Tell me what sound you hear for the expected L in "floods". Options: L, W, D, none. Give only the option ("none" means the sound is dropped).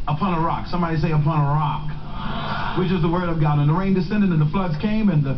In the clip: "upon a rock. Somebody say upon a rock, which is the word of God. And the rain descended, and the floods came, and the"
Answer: L